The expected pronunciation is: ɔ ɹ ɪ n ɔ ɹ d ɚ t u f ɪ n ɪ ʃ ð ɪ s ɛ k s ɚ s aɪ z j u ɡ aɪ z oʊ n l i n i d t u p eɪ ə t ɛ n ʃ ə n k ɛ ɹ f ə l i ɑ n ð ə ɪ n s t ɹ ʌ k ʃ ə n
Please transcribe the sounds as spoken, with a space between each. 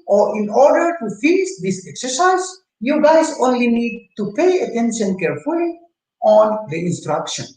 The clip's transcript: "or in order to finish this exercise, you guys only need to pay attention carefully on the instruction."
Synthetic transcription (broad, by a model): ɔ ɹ ɪ n ɔ ɹ d ɚ t u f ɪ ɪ s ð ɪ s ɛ k s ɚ s aɪ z j u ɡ aɪ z oʊ n l i n i d t u p eɪ ə t ɛ n ʃ ə n k ɛ ɹ f ə l i ɑ n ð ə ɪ n s t ɹ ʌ k ʃ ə n